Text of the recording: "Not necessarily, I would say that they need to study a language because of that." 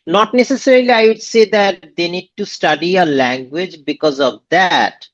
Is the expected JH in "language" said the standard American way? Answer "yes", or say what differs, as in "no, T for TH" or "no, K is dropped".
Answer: yes